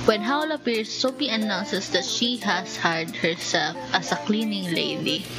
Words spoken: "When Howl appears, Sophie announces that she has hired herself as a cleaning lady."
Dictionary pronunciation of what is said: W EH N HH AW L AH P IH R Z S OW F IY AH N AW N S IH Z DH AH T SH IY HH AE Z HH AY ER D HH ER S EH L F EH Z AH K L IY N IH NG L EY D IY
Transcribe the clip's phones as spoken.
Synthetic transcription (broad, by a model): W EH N HH AW L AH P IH R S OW P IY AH N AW N S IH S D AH T SH IY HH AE S HH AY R D HH ER S EH L F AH S AH K L IY N IH NG L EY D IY